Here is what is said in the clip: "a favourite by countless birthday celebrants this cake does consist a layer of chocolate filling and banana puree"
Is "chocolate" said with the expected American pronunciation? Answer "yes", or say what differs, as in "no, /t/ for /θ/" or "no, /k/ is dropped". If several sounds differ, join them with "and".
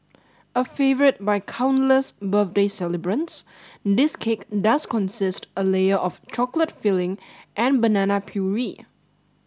yes